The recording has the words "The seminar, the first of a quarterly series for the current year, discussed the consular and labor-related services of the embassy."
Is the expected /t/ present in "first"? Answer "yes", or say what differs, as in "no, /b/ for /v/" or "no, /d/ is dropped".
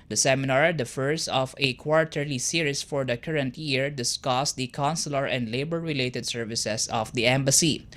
no, /t/ is dropped